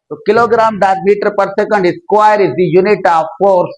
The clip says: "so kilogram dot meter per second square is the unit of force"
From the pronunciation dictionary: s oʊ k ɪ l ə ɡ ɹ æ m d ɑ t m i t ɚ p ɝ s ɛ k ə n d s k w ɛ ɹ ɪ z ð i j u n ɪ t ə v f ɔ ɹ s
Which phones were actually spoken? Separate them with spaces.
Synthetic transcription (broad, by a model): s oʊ k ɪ l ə ɡ ɹ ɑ m d ɑ t m i t ɚ p ɝ s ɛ k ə n d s k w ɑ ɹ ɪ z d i j u n ɪ t ə v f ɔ ɹ s